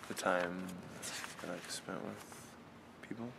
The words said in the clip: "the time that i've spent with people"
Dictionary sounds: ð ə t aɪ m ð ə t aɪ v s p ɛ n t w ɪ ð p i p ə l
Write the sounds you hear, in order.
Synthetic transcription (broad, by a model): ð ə t aɪ m ð ə t aɪ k s p ɛ n t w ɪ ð p i p l